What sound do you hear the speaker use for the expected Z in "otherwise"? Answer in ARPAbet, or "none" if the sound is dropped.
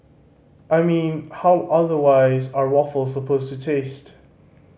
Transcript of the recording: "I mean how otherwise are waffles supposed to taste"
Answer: Z